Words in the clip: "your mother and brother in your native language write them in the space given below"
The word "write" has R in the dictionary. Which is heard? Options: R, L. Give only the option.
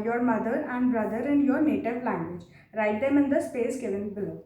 R